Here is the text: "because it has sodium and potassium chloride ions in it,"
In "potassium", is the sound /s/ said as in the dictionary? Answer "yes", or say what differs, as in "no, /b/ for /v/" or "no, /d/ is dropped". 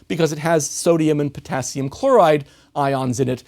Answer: yes